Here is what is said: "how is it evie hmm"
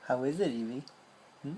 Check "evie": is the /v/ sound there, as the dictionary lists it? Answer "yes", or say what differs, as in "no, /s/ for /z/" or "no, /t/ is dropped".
no, /b/ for /v/